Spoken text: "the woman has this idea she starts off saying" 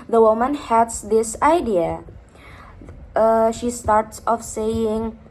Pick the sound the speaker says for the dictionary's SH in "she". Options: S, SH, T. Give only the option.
SH